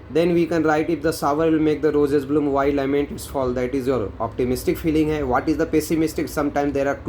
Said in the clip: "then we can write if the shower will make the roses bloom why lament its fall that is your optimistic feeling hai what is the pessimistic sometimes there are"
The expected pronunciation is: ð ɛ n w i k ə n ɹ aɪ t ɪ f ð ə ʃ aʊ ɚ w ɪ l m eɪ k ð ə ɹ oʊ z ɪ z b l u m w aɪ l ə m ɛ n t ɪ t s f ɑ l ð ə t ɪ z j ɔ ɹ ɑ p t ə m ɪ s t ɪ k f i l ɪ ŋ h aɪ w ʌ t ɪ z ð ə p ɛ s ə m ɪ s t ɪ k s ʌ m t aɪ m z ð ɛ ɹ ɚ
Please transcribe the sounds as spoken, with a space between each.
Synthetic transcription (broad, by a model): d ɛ n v i k ə n ɹ aɪ t ɪ f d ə s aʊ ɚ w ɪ l m eɪ k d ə ɹ oʊ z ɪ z b l u m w aɪ l ə m ɛ n t ɪ t s f ɑ l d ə t ɪ z j ɔ ɹ ɑ p t ə m ɪ s t ɪ k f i l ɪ ŋ h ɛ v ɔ t ɪ z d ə p ɛ s ə m ɪ s t ɪ k s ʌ m t aɪ m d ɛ ɹ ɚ